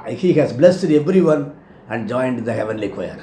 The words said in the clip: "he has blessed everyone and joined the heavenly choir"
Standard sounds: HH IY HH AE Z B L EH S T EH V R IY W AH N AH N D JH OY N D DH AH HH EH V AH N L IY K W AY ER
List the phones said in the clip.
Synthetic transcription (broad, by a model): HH IY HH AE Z B L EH S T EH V R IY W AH N AH N D JH OY N D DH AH HH EH V AH N L IY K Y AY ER